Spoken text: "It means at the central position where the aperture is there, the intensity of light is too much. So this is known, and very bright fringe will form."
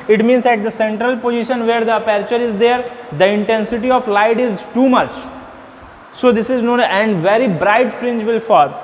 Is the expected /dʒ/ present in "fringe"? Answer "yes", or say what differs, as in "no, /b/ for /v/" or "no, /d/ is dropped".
yes